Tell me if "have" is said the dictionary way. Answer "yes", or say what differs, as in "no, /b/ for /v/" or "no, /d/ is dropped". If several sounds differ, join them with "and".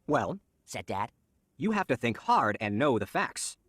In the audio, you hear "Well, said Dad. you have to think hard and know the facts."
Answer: no, /f/ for /v/